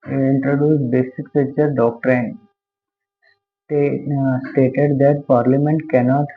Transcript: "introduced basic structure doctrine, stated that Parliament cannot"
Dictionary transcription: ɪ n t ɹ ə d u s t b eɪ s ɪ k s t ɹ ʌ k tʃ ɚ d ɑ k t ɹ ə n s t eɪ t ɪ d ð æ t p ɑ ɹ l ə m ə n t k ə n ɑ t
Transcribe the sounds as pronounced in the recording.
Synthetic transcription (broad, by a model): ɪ n t ɹ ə d u s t b eɪ s ɪ k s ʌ tʃ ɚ d ɑ k t ɹ ə n s t eɪ t ɪ d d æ t p ɑ ɹ l ə m ə n t k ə n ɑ t